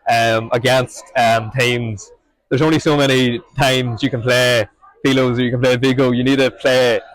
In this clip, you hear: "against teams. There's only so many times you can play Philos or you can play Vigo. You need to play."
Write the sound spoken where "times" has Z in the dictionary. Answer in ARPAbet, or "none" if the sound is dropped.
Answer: Z